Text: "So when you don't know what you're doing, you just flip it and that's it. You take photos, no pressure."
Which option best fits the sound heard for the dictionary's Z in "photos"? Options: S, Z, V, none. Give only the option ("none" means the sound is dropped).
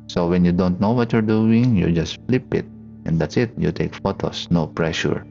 S